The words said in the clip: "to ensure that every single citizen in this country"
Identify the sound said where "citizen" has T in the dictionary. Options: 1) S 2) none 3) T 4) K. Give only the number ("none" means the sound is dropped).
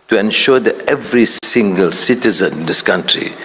3